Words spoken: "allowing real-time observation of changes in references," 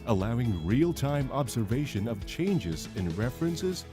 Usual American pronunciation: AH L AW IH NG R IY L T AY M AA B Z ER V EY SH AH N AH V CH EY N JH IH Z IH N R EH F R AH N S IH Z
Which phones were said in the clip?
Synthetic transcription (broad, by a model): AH L AW IH NG R IY L T AY M AA B Z ER V EY SH AH N AH V CH EY N JH IH Z IH N R EH F R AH N S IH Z